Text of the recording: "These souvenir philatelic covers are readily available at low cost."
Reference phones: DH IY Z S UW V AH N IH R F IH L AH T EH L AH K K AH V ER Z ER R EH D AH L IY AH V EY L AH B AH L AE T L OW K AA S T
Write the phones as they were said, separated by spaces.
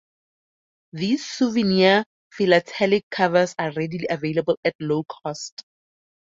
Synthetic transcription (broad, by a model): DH IY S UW V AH N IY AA F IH L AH T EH L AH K K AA V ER S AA R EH D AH L IY AH V EY L AH B AH L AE T L OW K AA S T